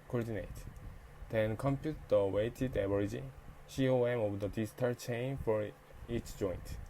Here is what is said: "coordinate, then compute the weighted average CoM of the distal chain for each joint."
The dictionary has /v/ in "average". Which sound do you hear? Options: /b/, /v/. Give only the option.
/b/